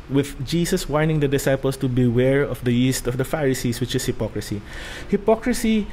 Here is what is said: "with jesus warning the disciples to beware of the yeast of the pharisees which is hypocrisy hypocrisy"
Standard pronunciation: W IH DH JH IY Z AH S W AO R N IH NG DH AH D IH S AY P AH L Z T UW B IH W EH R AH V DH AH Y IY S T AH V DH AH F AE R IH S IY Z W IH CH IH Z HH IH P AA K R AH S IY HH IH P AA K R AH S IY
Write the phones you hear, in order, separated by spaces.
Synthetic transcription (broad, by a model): W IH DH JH IY S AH S W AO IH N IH NG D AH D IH S AY P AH L S T UW B IH W EH R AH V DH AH Y IY S T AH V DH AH F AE R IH S IY S W IH CH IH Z HH IH P AA K R AH S IY HH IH P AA K R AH S IY